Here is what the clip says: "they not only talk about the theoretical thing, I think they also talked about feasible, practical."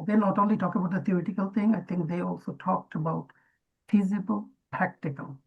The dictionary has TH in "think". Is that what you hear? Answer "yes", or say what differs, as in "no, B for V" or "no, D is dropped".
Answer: no, T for TH